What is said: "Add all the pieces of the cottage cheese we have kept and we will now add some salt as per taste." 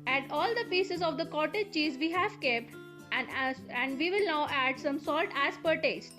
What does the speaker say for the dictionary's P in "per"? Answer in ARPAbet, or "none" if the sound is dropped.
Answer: P